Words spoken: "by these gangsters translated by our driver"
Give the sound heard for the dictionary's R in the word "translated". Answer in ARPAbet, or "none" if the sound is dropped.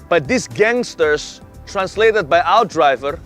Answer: R